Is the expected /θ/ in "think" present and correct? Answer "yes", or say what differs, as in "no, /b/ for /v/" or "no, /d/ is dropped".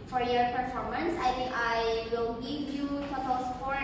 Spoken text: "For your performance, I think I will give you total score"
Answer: no, /t/ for /θ/